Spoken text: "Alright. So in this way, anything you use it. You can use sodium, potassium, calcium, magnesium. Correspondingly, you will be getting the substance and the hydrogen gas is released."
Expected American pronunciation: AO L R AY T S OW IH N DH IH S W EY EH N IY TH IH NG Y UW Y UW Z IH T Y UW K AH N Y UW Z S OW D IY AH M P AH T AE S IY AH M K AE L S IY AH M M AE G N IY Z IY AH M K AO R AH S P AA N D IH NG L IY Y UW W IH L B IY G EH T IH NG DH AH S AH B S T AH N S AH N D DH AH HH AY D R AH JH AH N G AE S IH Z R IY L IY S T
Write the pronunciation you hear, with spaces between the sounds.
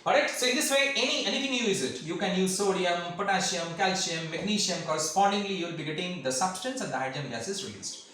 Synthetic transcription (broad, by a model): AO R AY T S OW IH N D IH S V EY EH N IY T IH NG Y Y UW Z IH T Y UW K AH N Y UW Z S OW D IY AH M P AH T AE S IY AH M K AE L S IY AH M M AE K N IY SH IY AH M K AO R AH S P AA N D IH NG L IY Y UW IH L B IY G EH T IH NG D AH S AH B S T AH N S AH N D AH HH AY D AH AH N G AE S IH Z R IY L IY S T